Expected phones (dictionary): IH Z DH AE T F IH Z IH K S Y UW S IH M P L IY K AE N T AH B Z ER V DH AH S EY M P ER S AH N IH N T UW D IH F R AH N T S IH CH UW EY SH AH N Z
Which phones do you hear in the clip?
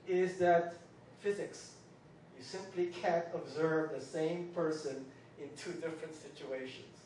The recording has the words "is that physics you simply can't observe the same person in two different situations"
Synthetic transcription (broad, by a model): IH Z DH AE T F IH Z IH K S Y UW S IH M P L IY K AE N T AH B Z ER V DH AH S EY M P ER S AH N IH N T UW D IH F R AH N T S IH CH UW EY SH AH N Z